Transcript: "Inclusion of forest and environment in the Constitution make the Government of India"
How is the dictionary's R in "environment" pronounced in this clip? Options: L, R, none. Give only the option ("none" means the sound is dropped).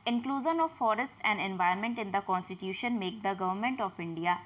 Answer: none